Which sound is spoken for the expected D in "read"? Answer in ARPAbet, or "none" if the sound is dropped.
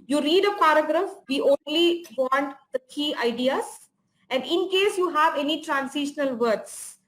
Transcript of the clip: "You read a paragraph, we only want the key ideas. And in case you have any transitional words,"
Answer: D